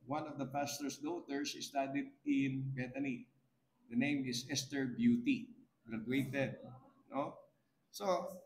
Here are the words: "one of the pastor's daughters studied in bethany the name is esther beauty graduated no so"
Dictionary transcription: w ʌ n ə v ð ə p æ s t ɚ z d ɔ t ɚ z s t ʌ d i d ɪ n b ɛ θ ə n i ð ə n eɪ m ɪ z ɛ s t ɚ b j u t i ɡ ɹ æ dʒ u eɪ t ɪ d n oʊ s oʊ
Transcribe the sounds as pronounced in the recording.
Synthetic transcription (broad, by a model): w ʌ n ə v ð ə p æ s t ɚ s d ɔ t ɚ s s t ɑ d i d ɪ n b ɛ t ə n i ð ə n eɪ m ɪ s ɛ s t ɚ b j u t i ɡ ɹ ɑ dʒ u eɪ t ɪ d n oʊ s oʊ